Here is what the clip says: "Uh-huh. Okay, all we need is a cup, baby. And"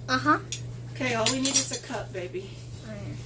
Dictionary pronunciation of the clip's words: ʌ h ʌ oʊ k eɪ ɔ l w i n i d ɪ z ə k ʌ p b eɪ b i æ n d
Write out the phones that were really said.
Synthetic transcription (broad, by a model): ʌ h ʌ oʊ k eɪ ɔ l w i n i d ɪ s ə k ʌ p b eɪ b i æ